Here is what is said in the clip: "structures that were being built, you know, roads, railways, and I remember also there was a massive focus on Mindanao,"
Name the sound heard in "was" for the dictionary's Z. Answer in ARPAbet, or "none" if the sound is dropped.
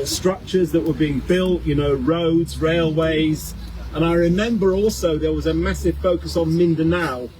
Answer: Z